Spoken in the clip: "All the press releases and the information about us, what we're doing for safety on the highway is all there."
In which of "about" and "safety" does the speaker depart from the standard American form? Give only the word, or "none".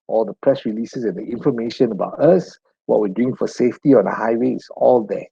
none